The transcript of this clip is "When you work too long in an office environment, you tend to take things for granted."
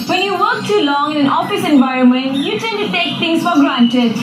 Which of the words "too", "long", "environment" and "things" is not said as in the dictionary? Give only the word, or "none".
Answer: things